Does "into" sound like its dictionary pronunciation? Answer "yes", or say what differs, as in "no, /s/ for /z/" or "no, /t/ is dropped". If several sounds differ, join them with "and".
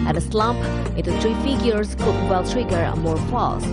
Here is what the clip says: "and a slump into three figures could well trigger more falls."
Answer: no, /n/ is dropped